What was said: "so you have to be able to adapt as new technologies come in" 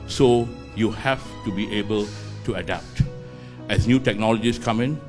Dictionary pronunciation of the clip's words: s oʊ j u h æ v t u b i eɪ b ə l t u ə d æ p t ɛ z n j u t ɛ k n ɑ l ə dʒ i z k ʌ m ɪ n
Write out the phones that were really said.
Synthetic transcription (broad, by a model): s oʊ j u h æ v t u b i eɪ b ə l t u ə d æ p t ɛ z n j u t ɛ k n ɑ l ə dʒ i s k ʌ m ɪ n